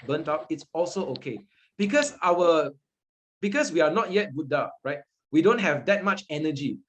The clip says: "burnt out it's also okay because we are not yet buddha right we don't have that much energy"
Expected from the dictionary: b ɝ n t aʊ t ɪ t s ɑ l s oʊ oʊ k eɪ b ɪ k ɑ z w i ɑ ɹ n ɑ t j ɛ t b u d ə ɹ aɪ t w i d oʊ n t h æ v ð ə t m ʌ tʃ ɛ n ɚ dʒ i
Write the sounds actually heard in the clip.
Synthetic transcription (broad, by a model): b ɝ n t aʊ t ɪ t s ɑ l s oʊ oʊ k eɪ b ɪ k ɑ s w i ɑ w n ɑ t j ɛ t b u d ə ɹ aɪ t w i d oʊ n t h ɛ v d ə t m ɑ tʃ ɛ n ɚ dʒ i